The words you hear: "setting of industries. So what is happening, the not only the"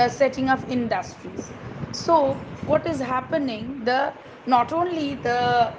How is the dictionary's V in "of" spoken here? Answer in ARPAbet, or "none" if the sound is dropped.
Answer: P